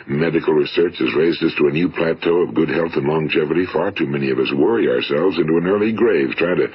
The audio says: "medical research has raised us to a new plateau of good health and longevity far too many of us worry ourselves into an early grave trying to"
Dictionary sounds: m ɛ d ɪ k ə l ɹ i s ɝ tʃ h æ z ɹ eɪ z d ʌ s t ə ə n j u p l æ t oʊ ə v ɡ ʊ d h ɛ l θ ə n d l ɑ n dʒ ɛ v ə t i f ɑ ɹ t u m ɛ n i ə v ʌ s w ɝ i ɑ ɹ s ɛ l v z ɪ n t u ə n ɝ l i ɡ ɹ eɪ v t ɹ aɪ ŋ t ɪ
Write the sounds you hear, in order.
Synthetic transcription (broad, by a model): m ɛ d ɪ k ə l ɹ i s ɝ tʃ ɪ z ɹ eɪ z d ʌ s t ə ə n j u p l æ t oʊ ə v ɡ ʊ d h ɛ l θ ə n l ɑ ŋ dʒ ɛ v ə t i f ɑ ɹ t u m ɛ n i ə v ʌ s w ɝ i ɑ ɹ s ɛ l v z ɪ n t u ə n ɝ l i ɡ ɹ eɪ v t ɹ aɪ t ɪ